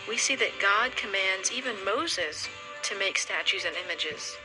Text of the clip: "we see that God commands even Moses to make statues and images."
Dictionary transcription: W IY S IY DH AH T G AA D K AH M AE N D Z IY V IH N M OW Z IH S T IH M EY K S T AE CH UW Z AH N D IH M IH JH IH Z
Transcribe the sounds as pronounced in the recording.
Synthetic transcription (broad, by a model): W IY S IY DH AH T G AA D K AH M AE N D Z IY V IH N M OW Z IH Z T IH M EY K S T AE CH UW Z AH N IH M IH JH IH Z